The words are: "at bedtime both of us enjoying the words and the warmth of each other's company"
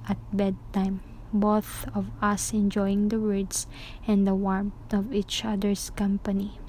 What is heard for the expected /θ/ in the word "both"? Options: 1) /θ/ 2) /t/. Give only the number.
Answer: 1